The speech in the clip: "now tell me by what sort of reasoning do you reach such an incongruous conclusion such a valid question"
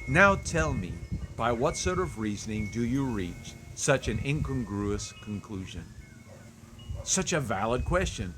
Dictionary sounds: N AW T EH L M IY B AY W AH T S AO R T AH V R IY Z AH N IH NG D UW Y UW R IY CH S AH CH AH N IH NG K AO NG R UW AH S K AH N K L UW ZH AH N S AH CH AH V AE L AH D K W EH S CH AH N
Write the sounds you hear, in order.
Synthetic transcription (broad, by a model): N AW T EH L M IY B AY W AH T S AO R T AH V R IY Z AH N IH NG D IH Y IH R IY CH S AH CH AH N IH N K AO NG R UW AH S K AH N K L UW ZH AH N S AH CH AH V AE L AH D K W EH S CH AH N